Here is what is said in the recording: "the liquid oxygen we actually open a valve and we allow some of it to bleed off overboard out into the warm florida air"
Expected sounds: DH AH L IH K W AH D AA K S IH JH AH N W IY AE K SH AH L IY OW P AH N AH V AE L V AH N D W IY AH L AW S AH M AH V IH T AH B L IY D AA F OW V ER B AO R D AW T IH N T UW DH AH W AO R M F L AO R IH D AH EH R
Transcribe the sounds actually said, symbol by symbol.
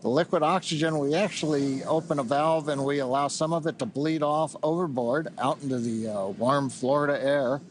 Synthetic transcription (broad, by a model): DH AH L IH K W AH D AA K S IH JH AH N W IY AE K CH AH L IY OW P AH N AH V AE L V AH N W IY AH L AW S AH M AH V IH T AH B L IY D AA F OW V ER B AO R D AW T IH N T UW DH AH W AO R M F L AO R IH D AH EH R